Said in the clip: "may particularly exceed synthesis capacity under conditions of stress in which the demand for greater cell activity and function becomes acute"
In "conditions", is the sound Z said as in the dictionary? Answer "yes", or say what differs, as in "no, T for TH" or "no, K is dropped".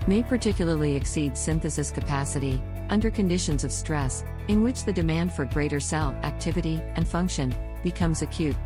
yes